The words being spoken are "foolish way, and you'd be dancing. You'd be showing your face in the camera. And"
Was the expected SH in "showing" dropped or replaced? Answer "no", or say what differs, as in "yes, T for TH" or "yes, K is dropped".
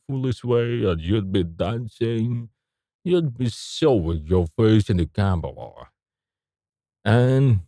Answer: yes, S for SH